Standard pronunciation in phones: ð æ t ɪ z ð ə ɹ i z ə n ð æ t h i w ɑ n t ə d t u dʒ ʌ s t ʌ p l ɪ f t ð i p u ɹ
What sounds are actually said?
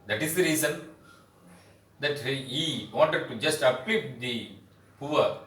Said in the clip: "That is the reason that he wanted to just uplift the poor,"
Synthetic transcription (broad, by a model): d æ t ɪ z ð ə ɹ i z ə n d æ t h i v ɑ n t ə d t u dʒ ʌ s t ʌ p ɪ t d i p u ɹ